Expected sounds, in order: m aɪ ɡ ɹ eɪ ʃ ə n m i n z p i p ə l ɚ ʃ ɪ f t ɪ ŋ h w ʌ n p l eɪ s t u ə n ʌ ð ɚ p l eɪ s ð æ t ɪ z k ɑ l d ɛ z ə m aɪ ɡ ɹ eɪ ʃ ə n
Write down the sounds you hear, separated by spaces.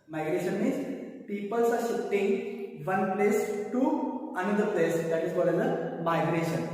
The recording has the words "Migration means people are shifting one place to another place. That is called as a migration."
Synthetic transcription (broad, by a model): m aɪ ɡ ɹ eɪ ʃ ə n m i n z p i p ə l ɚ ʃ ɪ t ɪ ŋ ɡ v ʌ n p l eɪ s t u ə n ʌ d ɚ p l eɪ s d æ t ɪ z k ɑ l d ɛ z ə m aɪ ɡ ɹ eɪ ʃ ə n